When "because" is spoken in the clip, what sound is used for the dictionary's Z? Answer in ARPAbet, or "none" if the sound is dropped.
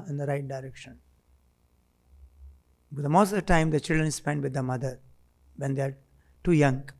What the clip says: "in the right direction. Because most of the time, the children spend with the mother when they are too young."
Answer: none